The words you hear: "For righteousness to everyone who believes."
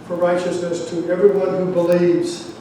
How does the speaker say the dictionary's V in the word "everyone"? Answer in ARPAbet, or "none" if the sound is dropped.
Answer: V